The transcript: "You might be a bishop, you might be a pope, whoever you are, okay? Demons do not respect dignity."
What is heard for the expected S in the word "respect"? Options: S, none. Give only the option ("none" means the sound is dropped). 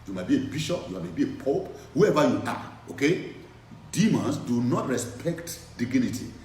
S